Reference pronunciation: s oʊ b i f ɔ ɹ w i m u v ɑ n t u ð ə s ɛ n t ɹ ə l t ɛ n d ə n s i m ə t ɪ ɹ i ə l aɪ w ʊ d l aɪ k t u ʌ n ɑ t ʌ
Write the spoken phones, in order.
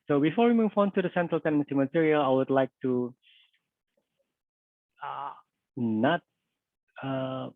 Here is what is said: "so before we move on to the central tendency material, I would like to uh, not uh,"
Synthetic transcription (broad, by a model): s oʊ b i f ɔ ɹ w i m u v ɑ n t u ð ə s ɛ n t ɹ ə l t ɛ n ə s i m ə t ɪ ɹ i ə l aɪ w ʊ d l aɪ k t u ʌ n ɑ t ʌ